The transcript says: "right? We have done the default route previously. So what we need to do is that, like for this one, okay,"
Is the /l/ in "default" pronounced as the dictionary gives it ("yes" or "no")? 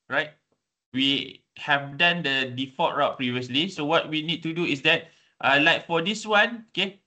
no